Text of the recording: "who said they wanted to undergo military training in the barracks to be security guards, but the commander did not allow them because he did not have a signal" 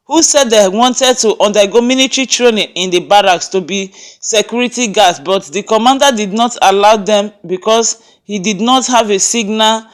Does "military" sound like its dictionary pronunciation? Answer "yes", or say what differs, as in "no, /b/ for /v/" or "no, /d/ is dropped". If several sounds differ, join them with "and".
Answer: no, /n/ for /l/